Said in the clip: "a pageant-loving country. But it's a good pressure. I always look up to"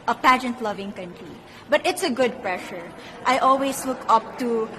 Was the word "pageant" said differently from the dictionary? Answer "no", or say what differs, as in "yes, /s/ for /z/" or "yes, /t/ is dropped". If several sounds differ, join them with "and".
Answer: no